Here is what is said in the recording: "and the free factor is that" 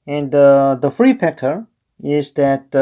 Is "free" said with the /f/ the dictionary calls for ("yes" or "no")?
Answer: yes